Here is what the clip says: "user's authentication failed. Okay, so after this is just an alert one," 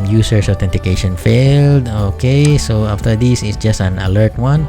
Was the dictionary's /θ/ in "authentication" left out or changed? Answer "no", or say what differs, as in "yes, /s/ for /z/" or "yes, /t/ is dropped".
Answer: yes, /t/ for /θ/